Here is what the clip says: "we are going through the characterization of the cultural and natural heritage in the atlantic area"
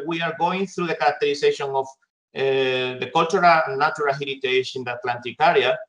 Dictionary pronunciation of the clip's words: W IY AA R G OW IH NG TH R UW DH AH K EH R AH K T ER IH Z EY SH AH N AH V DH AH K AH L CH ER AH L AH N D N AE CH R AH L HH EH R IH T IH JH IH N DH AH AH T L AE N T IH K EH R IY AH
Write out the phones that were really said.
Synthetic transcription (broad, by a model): W IY AA R G OW IH NG TH R UW DH AH K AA R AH K T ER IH S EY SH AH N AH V DH AH K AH L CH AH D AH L N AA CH R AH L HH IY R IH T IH SH IH N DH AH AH T L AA N T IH K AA R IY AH